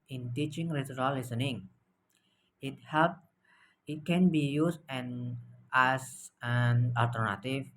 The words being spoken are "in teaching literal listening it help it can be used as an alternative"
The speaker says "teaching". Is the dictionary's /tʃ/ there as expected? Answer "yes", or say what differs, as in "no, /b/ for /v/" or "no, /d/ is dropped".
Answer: yes